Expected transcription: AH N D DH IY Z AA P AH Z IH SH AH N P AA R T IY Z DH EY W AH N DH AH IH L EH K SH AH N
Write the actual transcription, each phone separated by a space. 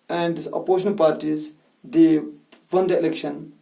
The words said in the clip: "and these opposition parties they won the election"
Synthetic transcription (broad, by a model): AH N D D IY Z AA P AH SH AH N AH L P AA R T IY Z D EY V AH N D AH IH L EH K SH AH N